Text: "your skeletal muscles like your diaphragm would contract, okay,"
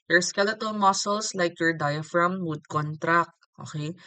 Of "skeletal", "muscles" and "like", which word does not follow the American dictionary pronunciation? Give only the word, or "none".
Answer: muscles